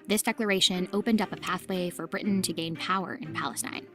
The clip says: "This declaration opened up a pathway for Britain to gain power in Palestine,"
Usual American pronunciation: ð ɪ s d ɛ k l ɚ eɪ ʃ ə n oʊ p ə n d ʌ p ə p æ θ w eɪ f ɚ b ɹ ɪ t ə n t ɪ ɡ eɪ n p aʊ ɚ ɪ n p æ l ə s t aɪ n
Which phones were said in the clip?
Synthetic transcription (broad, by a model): ð ɪ s d ɛ k l ɚ eɪ ʃ ə n oʊ p ə n d ʌ p ə p æ θ w eɪ f ɚ b ɹ ɪ t n t ɪ ɡ eɪ n p aʊ ɚ ɪ n p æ l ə s t aɪ n